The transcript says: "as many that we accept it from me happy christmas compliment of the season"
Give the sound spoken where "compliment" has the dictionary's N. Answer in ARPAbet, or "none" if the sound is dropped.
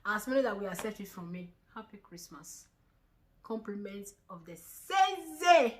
N